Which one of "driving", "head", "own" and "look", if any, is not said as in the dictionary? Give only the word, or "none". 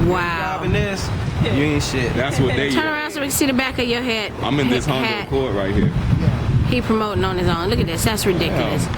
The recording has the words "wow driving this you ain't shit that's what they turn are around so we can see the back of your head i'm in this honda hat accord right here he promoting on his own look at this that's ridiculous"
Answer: driving